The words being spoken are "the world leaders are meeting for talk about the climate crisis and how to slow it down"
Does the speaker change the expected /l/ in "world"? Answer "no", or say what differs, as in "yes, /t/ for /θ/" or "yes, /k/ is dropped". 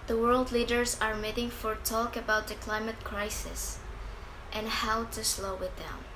no